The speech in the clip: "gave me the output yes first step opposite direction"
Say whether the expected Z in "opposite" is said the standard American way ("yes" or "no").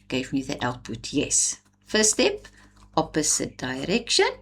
no